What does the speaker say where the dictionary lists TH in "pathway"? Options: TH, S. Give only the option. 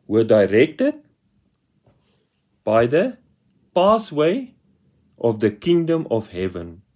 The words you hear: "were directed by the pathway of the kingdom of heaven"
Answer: S